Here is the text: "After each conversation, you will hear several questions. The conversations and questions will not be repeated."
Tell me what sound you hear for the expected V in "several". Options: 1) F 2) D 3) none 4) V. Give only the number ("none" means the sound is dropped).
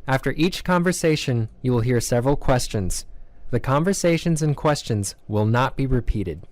4